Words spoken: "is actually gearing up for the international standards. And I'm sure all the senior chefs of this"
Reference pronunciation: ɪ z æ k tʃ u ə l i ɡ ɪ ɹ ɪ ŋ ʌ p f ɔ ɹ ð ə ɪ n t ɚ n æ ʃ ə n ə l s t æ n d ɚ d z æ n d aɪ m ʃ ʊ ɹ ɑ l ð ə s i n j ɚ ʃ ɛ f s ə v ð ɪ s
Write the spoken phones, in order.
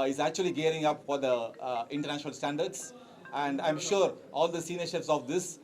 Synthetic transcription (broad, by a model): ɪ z æ k tʃ u ə l i ɡ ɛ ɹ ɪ ŋ ʌ p f ɔ ɹ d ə ɪ n t ɚ n æ ʃ ə n ə l s t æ n d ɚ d s æ n d aɪ m ʃ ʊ ɹ ɑ l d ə s i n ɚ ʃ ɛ p s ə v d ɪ s